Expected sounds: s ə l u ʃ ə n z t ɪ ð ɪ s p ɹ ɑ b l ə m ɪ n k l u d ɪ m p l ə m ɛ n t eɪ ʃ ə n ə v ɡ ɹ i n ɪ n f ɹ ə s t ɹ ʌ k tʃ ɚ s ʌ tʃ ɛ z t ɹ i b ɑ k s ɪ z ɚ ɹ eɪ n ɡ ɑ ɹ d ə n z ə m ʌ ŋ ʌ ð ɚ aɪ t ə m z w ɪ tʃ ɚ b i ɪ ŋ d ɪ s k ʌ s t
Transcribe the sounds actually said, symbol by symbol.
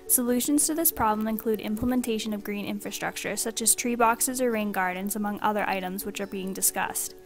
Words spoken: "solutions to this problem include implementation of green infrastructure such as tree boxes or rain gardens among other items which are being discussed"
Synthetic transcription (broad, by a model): s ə l u ʃ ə n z t ɪ ð ɪ s p ɹ ɑ b l ə m ɪ n k l u d ɪ m p l ə m ɛ n t eɪ ʃ ə n ə v ɡ ɹ i n ɪ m f ɹ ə s t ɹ ʌ k tʃ ɚ s ʌ tʃ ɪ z t ɹ i b ɑ k s ɪ z ɚ ɹ eɪ n ɡ ɑ ɹ d n z ə m ʌ ŋ ʌ ð ɚ aɪ t ə m z w ɪ tʃ ɚ b i ɪ ŋ d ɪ s k ʌ s t